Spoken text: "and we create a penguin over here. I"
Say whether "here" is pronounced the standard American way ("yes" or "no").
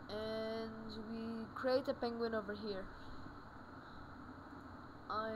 yes